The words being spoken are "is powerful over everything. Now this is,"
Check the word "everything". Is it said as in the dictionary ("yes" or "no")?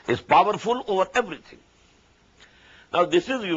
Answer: no